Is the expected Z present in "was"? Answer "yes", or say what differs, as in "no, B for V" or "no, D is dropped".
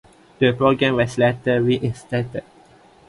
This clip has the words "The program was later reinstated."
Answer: no, S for Z